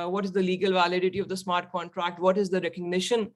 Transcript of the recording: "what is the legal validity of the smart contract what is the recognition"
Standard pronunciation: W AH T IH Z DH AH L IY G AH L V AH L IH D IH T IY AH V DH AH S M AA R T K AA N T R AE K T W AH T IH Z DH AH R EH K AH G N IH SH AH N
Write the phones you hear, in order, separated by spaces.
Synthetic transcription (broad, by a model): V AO T IH Z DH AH L IY G AH L V AH L IH D IH T IY AH V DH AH S M AA R T K AA N T R AE K T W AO T IH Z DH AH R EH K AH G N IH SH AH N